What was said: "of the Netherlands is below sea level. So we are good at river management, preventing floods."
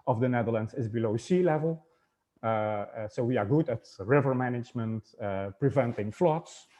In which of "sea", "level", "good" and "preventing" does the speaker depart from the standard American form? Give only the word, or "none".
none